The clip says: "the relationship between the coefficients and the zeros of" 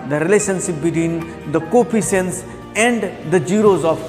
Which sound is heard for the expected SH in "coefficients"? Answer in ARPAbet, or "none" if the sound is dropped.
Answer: S